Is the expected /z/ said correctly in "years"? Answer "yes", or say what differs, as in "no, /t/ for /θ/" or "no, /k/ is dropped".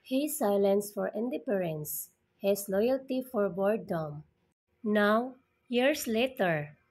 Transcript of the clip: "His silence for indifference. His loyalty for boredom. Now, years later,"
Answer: no, /s/ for /z/